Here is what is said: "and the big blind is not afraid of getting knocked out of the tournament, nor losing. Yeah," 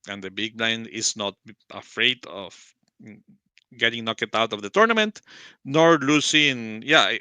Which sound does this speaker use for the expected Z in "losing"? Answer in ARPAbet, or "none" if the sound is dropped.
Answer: S